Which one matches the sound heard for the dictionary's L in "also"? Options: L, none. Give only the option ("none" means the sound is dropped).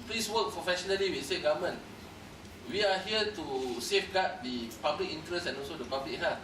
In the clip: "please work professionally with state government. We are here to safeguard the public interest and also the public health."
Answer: L